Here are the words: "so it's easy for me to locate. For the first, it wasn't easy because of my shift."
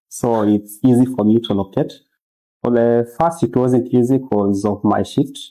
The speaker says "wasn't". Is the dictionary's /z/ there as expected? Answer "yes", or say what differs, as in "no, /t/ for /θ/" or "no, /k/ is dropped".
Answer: yes